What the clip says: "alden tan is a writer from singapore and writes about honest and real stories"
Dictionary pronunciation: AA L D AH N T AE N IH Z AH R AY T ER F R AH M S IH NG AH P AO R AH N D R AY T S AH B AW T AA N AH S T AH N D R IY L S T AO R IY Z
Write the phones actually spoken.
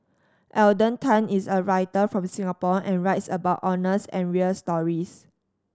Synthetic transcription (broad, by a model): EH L D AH N T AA N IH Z AH R AY T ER F R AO M S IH NG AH P AO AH N R AY T S AH B AW T AA N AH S AH N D R IY L S T AO R IY S